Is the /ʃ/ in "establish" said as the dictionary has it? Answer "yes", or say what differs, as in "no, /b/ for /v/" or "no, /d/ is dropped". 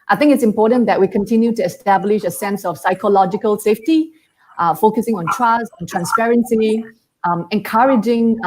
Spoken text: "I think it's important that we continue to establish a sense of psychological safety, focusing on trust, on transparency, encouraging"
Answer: yes